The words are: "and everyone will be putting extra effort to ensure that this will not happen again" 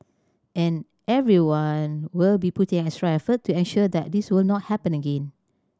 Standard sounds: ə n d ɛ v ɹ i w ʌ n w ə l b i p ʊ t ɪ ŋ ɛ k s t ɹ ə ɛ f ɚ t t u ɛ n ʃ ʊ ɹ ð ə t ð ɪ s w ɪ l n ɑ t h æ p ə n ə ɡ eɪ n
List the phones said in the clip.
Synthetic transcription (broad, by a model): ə n ɛ v ɹ i w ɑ n w ə l b i p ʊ t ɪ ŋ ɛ s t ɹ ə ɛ f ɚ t t u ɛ n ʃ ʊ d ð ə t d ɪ s w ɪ l n ɑ t h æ p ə n ə ɡ eɪ n